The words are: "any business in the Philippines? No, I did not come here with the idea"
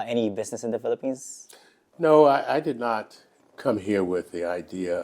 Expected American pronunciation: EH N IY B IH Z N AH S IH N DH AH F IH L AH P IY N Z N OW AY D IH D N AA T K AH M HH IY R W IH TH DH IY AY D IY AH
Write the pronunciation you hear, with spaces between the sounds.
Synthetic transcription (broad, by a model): EH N IY B IH Z N AH S IH N DH AH F IH L AH P IY N Z N OW AY D IH D N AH T K AH M HH IY R W IH DH IY AY D IY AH